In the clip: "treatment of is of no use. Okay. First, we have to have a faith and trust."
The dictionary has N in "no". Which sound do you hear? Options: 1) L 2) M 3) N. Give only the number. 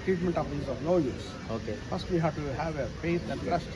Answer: 1